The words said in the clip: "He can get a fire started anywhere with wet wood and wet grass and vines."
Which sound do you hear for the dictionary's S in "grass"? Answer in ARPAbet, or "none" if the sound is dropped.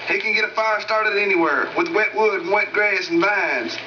none